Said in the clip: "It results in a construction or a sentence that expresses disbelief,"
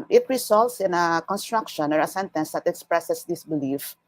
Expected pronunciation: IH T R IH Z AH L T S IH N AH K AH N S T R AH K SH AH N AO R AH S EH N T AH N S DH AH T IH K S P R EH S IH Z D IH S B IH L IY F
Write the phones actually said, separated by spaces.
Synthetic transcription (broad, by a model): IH T R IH S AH L T S IH N AH K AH N S T R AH K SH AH N AO R AH S EH N T AH N S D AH T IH K S P R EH S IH S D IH S B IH L IY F